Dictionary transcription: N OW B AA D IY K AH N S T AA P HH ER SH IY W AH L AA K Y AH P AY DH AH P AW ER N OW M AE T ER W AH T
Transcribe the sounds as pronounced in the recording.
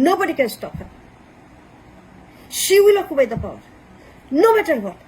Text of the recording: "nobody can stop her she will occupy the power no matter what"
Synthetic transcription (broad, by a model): N OW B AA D IY K AH N S T AA P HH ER SH IY W AH L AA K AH B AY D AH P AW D N OW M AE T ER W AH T